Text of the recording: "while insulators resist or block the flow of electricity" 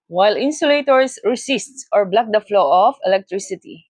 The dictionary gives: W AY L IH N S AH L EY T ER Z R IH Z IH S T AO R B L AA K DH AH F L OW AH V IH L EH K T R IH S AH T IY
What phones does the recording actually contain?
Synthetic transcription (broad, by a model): W AY L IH N S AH L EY T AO S R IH S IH S T AO R B L AA K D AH F L OW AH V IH L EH K T R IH S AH T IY